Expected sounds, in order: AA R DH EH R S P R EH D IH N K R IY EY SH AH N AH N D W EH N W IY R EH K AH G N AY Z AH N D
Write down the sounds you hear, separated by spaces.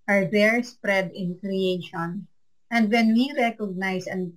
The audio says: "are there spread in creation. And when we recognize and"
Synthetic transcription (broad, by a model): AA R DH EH R S P R EH D IH N K R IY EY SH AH N AH N D W EH N W IY R EH K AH G N AY S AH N